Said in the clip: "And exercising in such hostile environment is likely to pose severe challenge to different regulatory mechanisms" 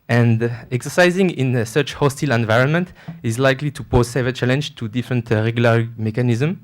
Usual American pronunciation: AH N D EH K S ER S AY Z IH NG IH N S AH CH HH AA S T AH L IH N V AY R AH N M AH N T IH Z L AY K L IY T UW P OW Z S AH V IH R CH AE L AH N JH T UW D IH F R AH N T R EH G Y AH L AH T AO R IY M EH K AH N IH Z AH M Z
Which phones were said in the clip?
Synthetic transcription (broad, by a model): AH N D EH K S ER S AY Z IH NG IH N S AH CH HH AA S T AH L IH N V AY R AH N M AH N T IH Z L AY K L IY T UW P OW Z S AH V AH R CH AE L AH N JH T UW D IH F R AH N T R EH G Y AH L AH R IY M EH K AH N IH Z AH M